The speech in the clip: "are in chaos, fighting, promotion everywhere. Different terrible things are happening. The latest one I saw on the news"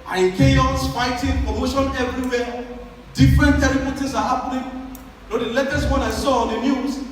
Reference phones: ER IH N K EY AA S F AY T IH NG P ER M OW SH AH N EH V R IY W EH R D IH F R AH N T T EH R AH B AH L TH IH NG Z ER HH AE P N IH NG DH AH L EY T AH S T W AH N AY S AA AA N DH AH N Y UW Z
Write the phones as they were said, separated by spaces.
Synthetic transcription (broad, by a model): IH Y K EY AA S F AY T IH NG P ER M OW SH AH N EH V R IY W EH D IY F R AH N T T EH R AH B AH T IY Z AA HH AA P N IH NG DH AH L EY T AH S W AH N AY S AA AA N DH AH N Y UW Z